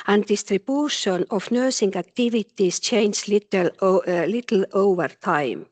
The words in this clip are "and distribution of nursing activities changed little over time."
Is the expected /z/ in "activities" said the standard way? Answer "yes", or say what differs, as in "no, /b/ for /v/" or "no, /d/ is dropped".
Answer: no, /s/ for /z/